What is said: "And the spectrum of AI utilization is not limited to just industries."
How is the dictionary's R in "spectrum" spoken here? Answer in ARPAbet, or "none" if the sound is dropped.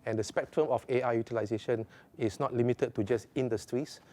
R